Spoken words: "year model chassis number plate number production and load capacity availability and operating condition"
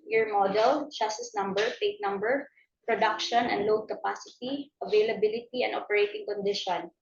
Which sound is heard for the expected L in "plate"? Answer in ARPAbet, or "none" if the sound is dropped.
none